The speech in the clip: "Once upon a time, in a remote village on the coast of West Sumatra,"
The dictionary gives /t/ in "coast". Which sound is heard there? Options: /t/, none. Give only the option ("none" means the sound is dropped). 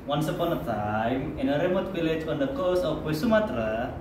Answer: none